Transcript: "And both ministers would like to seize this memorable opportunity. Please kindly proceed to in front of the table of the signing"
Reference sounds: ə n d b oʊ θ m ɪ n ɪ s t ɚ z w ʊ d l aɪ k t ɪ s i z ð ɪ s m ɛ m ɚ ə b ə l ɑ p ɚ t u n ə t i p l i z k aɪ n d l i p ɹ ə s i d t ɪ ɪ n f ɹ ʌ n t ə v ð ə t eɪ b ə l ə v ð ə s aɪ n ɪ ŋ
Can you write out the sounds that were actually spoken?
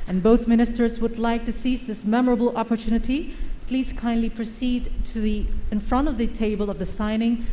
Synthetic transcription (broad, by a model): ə n b oʊ θ m ɪ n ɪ s t ɚ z w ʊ d l aɪ k t ɪ s i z ð ɪ s m ɛ m ɚ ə b l ɑ p ɚ t u n ə t i p l i z k aɪ n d l i p ɹ ə s i d t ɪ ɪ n f ɹ ʌ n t ə v ð ə t eɪ b ə l ə v ð ə s aɪ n ɪ ŋ